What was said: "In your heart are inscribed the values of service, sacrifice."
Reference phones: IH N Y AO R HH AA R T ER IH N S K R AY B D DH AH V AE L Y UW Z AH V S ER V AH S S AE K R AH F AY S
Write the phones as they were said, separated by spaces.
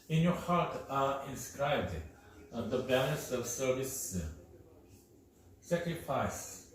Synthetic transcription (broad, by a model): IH N Y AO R HH AA R T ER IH N S K R AY B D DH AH B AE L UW S AH V S ER V AH S S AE K R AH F AY S